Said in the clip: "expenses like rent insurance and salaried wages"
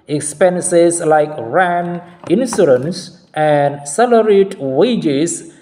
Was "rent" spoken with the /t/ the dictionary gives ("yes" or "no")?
no